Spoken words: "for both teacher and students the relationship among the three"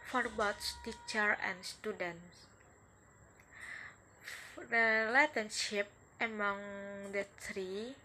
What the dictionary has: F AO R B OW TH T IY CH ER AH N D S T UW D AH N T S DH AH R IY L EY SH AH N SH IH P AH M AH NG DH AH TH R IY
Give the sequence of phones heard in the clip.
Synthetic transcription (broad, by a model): F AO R B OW S T IY CH ER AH N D S T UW D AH N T S R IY L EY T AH N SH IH P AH M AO NG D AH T R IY